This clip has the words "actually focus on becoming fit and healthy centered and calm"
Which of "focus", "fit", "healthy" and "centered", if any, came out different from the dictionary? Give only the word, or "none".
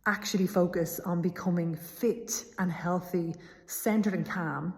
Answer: none